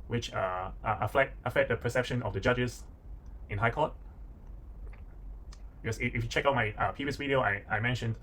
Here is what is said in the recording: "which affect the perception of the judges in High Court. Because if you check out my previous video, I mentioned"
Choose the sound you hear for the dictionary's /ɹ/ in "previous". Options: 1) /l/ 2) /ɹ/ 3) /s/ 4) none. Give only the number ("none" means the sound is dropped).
4